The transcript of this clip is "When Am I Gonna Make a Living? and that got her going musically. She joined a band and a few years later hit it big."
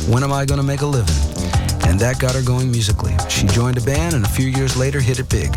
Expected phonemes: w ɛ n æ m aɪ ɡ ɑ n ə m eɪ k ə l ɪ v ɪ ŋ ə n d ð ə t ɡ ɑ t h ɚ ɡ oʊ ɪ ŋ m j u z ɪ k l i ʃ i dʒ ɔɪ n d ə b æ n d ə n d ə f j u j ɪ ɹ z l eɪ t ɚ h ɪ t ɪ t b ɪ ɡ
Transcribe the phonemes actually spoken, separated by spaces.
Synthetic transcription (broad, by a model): w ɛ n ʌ m aɪ ɡ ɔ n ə m eɪ k ə l ɪ v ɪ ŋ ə n ð ə t ɡ ɑ t h ɚ ɡ oʊ ɪ ŋ m j u z ɪ k l i ʃ i dʒ ɔɪ n d ə b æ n ə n ə f j u j ɪ ɹ z l eɪ t ɚ h ɪ t ɪ t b ɪ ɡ